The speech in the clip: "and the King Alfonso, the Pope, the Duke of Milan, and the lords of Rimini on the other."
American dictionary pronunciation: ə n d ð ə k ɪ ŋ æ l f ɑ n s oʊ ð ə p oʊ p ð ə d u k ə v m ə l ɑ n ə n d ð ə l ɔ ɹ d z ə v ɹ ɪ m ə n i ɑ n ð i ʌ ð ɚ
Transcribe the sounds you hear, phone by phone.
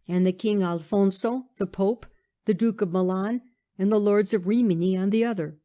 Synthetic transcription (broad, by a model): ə n ð ə k ɪ ŋ æ l f ɑ n s oʊ ð ə p oʊ p ð ə d u k ə v m ə l ɑ n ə n ð ə l ɔ ɹ d z ə v ɹ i m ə n i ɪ n ð i ʌ ð ɚ